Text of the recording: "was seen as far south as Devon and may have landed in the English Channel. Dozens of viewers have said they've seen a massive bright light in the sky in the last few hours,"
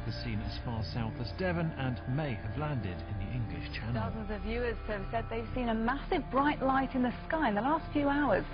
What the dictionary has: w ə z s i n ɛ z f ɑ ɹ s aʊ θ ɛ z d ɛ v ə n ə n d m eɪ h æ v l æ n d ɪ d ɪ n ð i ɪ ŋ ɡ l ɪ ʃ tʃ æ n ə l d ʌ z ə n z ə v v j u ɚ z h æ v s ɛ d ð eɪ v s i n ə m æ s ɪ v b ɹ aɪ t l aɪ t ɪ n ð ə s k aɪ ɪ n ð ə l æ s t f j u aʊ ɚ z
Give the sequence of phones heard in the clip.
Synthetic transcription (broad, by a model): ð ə s i n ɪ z f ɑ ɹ s aʊ θ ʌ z d ɛ v ə n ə n m eɪ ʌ v l æ n d ɪ d ɪ n ð i ɪ ŋ ɡ l ɪ ʃ tʃ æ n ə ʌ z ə n z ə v v j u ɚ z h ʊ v s ɛ d ð eɪ v s i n ə m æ s ɪ v b ɹ aɪ t l aɪ t ɪ n ð ə s k aɪ ɪ n ð ə l æ s t f j u aʊ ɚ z